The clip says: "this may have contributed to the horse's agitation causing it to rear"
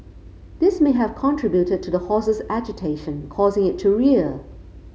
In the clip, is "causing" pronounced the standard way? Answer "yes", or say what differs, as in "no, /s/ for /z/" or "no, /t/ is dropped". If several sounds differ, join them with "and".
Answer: yes